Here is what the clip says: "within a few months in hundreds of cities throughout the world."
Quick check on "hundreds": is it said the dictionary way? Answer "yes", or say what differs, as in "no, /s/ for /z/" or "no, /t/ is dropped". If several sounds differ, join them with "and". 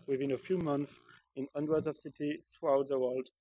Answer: no, /w/ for /ɹ/